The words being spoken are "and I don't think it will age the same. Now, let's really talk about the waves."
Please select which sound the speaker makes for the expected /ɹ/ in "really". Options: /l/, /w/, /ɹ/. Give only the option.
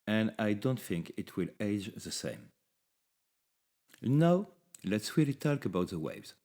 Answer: /w/